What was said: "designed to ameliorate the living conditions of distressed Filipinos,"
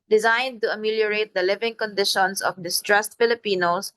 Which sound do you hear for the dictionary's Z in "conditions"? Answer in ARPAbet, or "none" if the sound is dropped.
S